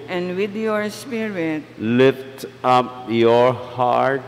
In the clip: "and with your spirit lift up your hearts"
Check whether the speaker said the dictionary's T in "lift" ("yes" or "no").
yes